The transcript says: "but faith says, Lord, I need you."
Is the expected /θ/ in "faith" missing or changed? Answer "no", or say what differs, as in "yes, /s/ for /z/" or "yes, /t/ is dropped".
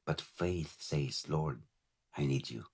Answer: no